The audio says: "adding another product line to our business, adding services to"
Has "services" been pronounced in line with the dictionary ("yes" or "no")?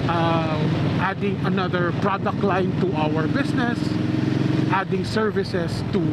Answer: no